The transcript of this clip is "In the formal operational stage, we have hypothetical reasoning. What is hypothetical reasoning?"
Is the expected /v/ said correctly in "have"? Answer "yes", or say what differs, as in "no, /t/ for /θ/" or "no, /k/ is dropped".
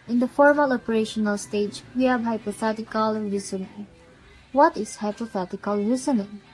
no, /b/ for /v/